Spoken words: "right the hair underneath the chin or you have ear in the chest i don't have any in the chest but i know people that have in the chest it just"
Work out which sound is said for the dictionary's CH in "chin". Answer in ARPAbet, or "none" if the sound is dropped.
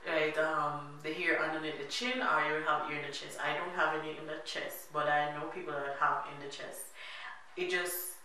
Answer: CH